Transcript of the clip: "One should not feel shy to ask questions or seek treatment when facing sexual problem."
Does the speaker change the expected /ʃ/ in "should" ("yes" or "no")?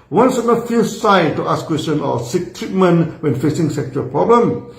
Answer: yes